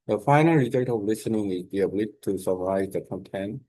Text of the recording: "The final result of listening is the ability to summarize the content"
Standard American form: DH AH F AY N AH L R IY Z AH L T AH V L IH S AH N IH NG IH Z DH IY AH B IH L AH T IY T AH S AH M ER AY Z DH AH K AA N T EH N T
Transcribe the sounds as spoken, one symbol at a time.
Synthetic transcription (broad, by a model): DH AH F AY N AH L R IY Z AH T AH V L IH S AH N IH NG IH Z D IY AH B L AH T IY S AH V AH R AY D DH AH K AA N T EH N